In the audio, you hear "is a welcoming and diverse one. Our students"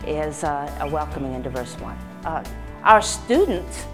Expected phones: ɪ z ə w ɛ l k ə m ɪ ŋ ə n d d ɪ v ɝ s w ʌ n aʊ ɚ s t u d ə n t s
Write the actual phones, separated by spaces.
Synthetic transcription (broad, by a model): ɪ z ə w ɛ l k ə m ɪ ŋ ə n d d ɪ v ɝ s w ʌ n aʊ ɚ s t u d n t s